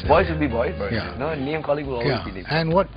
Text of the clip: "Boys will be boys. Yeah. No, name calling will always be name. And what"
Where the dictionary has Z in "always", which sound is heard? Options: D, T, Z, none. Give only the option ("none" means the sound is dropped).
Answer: none